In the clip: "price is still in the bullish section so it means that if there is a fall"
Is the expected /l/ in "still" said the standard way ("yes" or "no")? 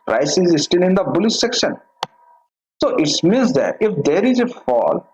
no